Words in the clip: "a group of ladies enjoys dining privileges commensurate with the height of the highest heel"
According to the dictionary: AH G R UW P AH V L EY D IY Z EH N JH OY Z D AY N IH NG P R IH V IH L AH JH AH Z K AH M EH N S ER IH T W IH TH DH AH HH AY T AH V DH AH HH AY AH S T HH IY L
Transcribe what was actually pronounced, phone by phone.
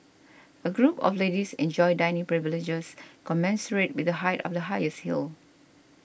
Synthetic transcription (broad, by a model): AH G R UW P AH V L EY D IY S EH N JH OY D AY N IH NG P R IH V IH L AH JH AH S K AH M EH N S ER IH T W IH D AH HH AY T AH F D AH HH AY AH S T HH IY L